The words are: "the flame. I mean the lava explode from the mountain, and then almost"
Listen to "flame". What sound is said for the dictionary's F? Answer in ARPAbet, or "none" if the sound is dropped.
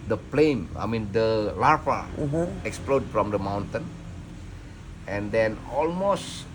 P